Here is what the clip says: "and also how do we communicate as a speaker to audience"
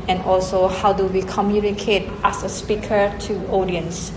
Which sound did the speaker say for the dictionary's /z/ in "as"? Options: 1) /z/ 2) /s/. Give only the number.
2